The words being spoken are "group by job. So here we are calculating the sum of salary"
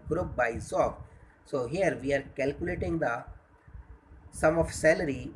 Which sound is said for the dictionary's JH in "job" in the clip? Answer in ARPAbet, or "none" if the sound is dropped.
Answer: Z